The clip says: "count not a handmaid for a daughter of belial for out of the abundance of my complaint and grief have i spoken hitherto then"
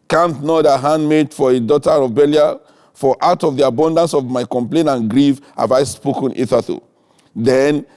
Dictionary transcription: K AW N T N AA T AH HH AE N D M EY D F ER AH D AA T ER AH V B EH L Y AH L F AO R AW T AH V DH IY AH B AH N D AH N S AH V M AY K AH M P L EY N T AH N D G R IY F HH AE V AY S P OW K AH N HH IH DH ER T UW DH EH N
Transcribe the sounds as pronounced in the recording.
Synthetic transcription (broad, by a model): K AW N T N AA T AH HH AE N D M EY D F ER AH D AA T ER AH B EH L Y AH F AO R AW T AH V DH IY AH B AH N D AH N S AH V M AY K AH M P L EY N AH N G R IY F HH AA V AY S P OW K AH N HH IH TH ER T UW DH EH N